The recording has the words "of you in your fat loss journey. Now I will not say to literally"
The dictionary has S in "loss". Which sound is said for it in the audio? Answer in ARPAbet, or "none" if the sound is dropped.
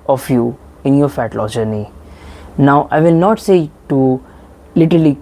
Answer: none